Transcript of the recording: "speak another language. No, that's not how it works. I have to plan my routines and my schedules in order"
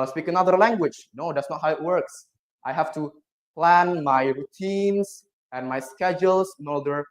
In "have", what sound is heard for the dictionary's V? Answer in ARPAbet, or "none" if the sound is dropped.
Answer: F